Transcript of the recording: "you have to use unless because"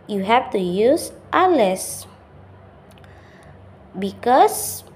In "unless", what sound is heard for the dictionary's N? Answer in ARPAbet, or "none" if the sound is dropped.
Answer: none